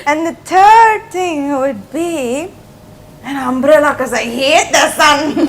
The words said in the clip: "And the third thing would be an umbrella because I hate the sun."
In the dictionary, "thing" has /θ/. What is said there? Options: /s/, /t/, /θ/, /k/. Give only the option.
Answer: /t/